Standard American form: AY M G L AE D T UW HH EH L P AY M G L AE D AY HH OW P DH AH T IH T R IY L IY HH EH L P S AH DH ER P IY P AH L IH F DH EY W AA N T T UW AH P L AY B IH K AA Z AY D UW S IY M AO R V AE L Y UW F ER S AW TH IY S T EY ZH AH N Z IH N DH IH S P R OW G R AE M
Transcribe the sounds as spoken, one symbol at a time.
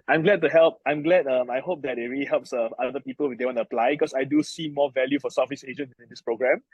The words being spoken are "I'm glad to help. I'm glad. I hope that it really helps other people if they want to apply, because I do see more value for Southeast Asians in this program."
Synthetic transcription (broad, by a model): AY M G L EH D T UW HH EH L P AY M G L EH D AY HH OW P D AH T IH T R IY L IY HH EH L P S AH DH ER P IY P AH L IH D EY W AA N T T UW AH P L AY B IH K AA S AY D UW S IY M AO V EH L Y UW F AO S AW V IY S EY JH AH N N IH N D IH S P R OW G R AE M